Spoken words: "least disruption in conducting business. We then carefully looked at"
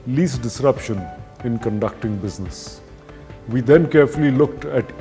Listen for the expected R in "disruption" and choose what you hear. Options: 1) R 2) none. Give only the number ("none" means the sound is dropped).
1